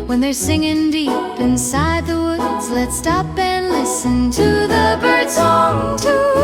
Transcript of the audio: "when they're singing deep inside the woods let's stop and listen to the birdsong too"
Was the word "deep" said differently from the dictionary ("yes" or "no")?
no